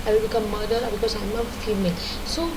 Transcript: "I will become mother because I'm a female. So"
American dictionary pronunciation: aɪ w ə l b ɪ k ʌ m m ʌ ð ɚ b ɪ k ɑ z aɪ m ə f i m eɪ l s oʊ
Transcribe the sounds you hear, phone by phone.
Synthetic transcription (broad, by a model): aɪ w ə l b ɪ k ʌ m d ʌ ɚ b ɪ k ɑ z aɪ m ə f i m eɪ l s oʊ